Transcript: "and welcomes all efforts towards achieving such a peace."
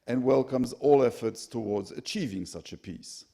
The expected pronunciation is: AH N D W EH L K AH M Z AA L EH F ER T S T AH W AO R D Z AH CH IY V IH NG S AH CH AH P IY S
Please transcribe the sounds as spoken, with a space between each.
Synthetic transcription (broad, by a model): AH N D W EH L K AH M Z AA L EH F ER T S T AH W AO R D Z AH CH IY V IH NG S AH CH AH P IY S